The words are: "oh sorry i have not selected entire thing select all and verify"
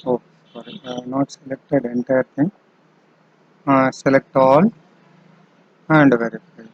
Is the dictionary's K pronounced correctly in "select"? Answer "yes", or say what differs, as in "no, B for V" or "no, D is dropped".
yes